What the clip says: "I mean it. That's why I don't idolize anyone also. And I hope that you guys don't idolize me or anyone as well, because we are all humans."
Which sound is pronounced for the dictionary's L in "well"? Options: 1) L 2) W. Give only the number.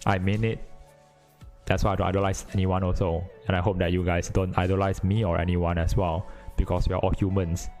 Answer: 1